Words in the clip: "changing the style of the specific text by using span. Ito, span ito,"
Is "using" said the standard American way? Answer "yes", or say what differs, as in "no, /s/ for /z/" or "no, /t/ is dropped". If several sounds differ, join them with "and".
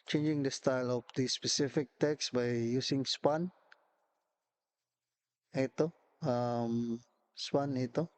no, /s/ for /z/